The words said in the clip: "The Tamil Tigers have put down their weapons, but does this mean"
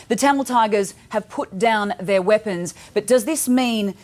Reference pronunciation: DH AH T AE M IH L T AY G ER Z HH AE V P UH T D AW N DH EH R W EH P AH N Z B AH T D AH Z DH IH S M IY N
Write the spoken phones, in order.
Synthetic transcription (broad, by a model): DH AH T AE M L T AY G ER Z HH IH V P UH T D AW N DH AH R W EH P AH N Z B AH T D AH Z DH IH S M IY N